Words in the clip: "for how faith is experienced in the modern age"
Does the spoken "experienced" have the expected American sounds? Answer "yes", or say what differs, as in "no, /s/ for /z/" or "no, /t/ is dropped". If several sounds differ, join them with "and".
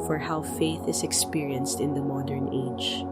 yes